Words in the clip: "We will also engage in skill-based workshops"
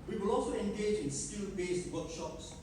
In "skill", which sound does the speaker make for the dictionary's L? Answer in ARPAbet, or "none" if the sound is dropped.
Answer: N